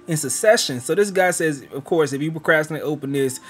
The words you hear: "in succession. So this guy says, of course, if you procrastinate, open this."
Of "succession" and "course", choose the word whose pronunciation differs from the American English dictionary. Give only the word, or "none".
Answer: succession